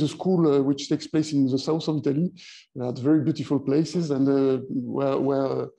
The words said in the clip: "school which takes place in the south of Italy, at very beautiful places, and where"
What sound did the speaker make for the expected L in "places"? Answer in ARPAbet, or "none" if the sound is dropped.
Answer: L